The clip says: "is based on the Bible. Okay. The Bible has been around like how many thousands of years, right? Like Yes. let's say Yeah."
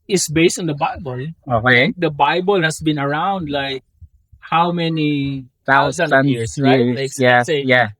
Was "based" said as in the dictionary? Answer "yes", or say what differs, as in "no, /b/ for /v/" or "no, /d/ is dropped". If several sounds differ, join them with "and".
yes